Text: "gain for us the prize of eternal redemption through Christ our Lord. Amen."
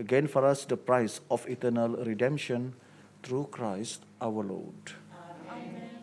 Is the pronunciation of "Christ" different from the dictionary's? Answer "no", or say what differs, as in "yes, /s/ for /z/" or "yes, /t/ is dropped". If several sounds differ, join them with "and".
no